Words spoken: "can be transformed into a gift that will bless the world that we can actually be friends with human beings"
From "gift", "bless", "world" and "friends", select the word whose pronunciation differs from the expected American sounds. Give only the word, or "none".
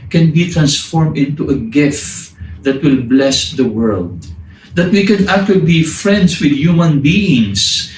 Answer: friends